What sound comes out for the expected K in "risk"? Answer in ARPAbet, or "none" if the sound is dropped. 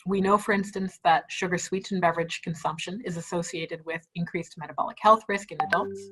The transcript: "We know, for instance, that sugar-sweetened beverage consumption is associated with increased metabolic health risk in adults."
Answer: K